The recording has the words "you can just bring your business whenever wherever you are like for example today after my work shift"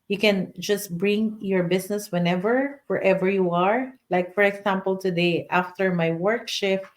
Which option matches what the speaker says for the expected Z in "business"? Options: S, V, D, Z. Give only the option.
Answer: S